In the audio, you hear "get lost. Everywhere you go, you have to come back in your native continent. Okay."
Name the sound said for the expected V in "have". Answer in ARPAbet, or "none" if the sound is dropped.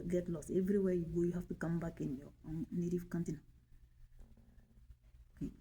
F